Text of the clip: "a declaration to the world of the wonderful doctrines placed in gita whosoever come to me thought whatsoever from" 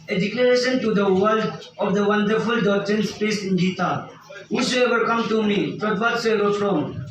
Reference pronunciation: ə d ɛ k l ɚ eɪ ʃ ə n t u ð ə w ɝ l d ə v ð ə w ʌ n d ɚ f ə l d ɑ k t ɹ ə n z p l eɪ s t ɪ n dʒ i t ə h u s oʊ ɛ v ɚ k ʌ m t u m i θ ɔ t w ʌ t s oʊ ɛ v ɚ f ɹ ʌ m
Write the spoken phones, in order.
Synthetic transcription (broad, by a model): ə d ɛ k l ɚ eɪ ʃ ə n t u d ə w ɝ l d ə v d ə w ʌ n d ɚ f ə l d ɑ k t ɹ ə n s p eɪ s ɪ n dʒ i t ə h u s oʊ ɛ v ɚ k ʌ m t u m i t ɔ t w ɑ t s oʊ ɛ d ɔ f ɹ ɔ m